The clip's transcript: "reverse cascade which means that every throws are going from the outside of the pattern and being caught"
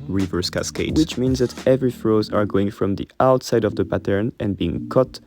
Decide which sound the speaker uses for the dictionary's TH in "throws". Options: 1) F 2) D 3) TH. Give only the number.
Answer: 1